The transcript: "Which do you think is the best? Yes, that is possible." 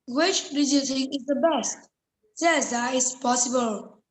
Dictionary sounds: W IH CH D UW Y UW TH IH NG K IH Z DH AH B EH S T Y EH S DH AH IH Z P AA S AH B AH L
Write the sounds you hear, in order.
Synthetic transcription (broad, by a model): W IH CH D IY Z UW T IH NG IH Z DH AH B EH S T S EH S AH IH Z P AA S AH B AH L